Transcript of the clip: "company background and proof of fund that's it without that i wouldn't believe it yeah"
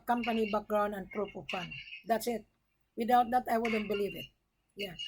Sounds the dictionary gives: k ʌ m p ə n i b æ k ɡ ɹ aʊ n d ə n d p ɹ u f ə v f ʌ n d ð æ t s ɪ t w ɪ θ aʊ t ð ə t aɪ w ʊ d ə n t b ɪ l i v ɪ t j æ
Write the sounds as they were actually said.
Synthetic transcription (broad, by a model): k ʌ m p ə n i b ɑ k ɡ ɹ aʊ n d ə n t ɹ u p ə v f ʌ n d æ t s ɪ t w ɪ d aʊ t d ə t aɪ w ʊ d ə n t b ɪ l i v ɪ t j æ